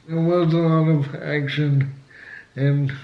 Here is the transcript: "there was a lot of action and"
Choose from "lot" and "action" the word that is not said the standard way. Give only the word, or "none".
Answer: none